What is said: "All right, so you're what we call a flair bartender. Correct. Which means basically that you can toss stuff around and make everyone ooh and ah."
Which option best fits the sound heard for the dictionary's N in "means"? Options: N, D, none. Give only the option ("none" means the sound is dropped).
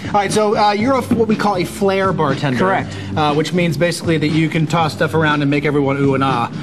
N